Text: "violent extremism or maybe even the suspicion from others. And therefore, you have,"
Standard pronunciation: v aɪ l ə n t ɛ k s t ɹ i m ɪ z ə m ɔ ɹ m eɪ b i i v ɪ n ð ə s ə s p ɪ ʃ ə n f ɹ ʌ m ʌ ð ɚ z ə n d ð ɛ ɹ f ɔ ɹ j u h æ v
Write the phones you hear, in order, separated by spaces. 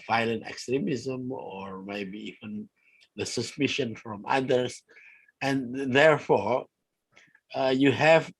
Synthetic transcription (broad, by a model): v aɪ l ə n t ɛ k s t ɹ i m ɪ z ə m ɔ ɹ m eɪ b i i v ɪ n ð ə s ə s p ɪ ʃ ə n f ɹ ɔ m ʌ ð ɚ s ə n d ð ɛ ɹ f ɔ ɹ j u h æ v